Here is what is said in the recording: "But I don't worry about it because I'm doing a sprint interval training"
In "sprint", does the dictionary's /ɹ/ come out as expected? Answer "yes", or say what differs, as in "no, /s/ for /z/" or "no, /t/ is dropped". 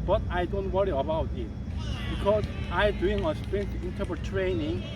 no, /ɹ/ is dropped